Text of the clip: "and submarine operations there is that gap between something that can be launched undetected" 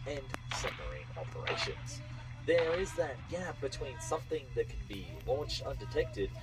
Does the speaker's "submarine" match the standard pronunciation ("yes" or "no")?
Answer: no